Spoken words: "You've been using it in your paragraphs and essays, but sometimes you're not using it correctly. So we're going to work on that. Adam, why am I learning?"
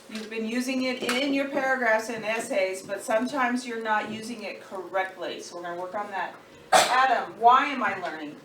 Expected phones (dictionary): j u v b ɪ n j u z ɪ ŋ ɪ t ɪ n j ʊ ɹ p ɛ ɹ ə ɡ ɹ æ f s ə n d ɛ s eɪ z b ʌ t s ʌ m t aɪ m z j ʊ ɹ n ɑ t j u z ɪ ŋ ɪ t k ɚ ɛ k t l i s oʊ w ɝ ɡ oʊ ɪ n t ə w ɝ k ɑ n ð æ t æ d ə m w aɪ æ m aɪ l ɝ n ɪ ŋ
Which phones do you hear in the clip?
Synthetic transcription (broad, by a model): j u v b ɪ n j u z ɪ ŋ ɪ t ɪ n j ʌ ɹ p ɛ ɹ ə ɡ ɹ æ f s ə n ɛ s eɪ z b ʌ t s ʌ m t aɪ m z j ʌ ɹ n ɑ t j u z ɪ ŋ ɪ t k ɚ ɛ k t l i s oʊ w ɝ ɡ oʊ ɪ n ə w ɝ k n ð æ t æ d ə m w aɪ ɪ m aɪ l ɝ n ɪ ŋ